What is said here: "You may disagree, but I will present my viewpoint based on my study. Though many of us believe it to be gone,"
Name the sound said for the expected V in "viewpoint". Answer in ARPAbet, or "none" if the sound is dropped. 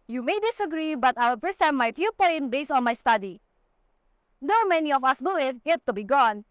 F